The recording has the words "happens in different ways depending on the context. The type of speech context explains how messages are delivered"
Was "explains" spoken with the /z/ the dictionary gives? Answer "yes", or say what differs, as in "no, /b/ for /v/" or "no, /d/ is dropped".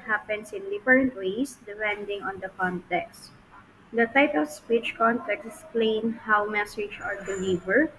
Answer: no, /z/ is dropped